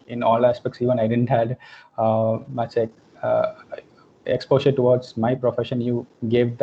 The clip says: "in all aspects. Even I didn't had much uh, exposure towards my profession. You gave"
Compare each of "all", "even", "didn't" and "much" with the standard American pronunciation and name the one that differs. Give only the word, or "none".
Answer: much